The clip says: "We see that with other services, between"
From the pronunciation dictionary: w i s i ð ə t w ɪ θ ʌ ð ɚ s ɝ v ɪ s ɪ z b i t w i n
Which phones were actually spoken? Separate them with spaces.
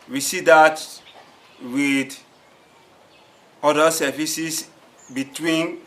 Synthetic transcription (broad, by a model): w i s i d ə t w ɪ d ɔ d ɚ s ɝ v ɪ s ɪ s b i t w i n